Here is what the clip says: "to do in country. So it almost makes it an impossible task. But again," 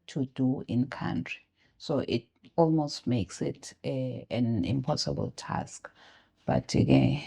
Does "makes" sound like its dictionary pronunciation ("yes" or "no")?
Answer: yes